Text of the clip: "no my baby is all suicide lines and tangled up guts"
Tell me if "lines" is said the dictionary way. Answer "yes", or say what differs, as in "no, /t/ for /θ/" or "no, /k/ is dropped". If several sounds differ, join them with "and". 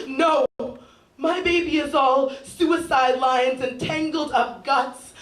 yes